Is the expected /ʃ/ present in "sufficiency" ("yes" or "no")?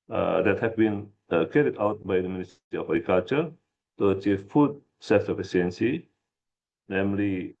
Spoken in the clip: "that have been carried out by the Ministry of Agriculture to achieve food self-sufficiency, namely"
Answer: no